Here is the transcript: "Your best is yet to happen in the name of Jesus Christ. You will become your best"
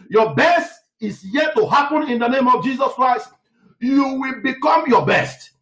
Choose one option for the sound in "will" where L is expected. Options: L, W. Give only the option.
L